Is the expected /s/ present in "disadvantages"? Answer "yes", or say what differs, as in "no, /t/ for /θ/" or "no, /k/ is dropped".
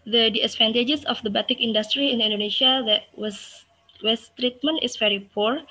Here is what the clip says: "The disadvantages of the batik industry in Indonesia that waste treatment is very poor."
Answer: no, /s/ is dropped